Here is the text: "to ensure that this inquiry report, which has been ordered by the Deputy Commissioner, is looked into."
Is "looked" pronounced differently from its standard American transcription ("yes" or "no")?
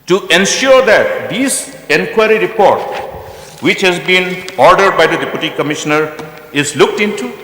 no